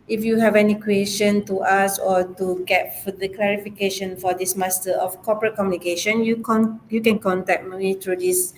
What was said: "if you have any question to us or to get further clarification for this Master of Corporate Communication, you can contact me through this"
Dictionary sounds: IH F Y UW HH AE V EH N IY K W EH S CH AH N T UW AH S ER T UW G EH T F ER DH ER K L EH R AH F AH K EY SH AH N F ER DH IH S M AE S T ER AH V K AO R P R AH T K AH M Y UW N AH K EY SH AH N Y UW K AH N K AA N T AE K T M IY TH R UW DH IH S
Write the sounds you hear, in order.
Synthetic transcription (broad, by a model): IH F Y UW HH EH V EH N IY K W EH S CH AH N T UW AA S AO T UW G EH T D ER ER K L EH R AH F AH K EY SH AH N F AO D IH S M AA S T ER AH F K AO P R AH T K AH M Y UW N AH K EY SH AH N Y UW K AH N K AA N T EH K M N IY T R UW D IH S